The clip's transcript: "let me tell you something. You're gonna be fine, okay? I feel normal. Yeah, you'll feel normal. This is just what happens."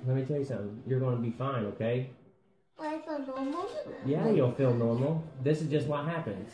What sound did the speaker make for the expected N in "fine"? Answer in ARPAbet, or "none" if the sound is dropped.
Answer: N